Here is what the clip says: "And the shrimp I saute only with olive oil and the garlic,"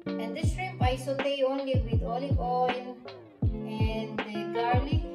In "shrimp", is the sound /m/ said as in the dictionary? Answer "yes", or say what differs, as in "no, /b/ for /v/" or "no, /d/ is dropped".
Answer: no, /m/ is dropped